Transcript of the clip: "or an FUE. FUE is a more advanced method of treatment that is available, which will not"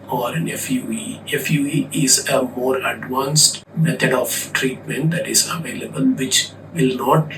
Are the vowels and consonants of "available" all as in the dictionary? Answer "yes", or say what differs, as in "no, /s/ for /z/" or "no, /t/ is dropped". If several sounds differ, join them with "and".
yes